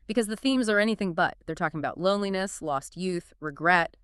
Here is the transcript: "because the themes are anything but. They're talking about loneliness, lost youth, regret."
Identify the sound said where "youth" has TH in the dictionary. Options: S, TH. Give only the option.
TH